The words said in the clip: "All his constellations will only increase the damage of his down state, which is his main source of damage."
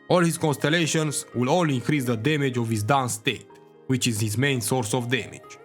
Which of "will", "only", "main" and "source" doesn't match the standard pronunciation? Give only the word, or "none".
only